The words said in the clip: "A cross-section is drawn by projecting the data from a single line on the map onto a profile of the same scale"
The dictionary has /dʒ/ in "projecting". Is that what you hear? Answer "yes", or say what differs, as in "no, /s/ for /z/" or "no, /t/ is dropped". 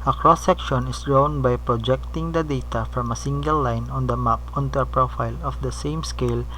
yes